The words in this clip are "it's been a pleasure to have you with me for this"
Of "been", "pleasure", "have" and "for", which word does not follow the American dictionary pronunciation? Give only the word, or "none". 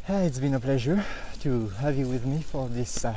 none